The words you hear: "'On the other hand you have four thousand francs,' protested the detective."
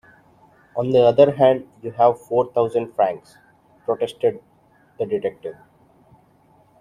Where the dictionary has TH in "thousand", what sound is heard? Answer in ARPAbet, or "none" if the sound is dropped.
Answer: T